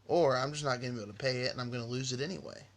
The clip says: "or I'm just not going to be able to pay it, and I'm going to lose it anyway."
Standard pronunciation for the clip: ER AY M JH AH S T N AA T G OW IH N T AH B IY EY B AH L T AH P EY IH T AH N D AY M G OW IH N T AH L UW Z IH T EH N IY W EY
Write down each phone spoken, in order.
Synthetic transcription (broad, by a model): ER AY M JH AH S N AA T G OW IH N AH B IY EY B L T AH P EY IH T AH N AY M G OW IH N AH L UW Z IH T EH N IY W EY